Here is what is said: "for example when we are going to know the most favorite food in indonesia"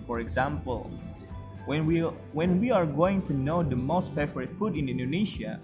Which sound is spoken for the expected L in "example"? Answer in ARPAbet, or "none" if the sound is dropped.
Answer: W